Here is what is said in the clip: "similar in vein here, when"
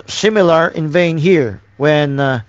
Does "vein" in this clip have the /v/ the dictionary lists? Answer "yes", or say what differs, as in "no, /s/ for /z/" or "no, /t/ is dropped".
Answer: yes